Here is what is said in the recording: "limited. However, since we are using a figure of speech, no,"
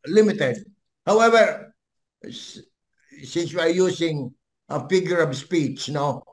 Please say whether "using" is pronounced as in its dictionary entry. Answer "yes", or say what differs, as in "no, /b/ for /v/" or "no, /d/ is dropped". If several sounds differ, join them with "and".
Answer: no, /s/ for /z/